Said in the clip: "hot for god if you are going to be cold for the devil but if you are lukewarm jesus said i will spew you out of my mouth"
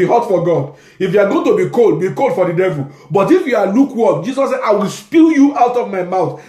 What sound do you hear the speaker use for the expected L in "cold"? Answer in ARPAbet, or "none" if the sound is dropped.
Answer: L